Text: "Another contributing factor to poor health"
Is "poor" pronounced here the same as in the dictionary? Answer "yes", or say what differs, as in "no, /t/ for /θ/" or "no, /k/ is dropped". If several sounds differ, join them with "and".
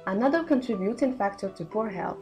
yes